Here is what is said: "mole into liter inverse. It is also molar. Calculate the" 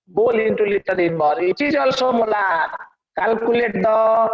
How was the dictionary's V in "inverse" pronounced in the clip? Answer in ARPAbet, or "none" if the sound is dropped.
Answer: B